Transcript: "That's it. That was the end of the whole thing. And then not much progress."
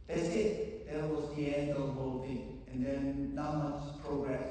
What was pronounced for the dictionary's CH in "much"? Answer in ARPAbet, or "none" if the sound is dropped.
S